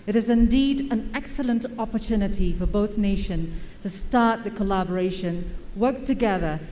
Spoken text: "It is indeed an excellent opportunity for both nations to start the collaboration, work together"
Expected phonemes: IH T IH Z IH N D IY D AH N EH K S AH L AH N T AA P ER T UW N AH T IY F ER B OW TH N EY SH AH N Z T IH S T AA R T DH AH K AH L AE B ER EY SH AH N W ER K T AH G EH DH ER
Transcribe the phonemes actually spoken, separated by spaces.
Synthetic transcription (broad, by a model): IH T IH Z IH N D IY D AH N EH K S AH L AH N T AA P ER T UW N AH T IY F ER B OW TH N EY SH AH N T IH S T AA R T DH AH K AH L AE B ER EY SH AH N W ER K T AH G EH DH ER